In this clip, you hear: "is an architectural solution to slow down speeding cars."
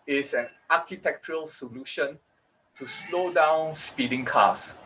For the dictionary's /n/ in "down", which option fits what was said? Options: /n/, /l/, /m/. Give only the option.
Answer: /n/